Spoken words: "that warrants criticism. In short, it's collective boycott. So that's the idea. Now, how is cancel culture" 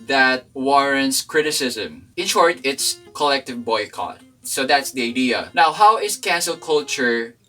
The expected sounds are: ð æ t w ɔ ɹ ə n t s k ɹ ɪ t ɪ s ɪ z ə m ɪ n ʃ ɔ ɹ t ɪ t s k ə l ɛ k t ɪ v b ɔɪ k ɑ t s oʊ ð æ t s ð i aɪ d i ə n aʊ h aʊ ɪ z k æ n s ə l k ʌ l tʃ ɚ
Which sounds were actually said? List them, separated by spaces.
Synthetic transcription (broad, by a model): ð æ t w ɔ ɹ ə n t s k ɹ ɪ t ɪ s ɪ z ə m ɪ n ʃ ɔ ɹ t ɪ t s k ə l ɛ k t ɪ v b ɔɪ k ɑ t s oʊ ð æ t s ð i aɪ d i ə n aʊ h aʊ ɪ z k æ n s ə l k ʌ l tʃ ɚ